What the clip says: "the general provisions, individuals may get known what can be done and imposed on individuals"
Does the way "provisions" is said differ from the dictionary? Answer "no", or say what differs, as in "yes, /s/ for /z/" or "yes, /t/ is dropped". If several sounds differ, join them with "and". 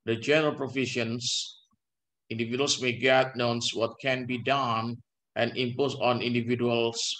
yes, /ʃ/ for /ʒ/ and /s/ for /z/